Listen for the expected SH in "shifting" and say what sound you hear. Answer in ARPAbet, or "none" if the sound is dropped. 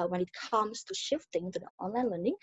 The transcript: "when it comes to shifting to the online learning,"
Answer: SH